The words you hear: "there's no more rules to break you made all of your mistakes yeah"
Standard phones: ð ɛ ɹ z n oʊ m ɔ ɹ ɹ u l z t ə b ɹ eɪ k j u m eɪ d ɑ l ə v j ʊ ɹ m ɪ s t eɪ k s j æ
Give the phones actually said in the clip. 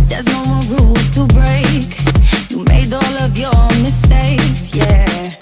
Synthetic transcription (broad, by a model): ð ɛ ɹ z n oʊ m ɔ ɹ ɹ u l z t ə b ɹ eɪ k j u m eɪ d ɑ l ə v j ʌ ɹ m ɪ s t eɪ k s j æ